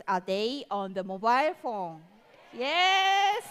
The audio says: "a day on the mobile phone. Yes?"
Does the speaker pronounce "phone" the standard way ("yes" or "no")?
yes